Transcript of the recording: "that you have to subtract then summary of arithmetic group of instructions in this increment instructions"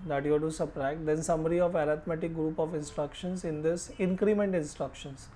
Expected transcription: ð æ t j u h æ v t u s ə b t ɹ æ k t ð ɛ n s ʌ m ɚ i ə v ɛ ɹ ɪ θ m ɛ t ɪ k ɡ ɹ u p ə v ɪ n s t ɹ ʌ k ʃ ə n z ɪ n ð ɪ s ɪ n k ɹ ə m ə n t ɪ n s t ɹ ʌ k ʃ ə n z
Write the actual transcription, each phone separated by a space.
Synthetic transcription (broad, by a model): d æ t j u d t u s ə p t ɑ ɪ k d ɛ n s ʌ m ɚ i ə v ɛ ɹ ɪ t m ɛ t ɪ k ɡ ɹ u p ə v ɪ n s t ɹ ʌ k ʃ ə n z ɪ n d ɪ s ɪ n k ɹ ə m ə n t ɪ n s t ɹ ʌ k ʃ ə n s